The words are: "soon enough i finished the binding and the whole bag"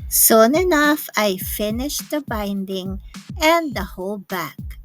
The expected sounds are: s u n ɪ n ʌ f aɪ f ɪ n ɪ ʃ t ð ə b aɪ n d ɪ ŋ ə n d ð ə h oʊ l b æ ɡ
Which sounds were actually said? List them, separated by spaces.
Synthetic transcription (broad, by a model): s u n ɪ n ʌ f aɪ f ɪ n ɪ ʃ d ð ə b aɪ n d ɪ ŋ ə n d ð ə h oʊ l b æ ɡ